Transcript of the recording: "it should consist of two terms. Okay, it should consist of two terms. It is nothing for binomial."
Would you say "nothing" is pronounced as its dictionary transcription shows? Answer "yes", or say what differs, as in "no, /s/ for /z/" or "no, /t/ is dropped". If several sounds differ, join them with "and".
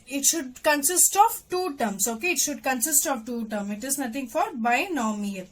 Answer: no, /t/ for /θ/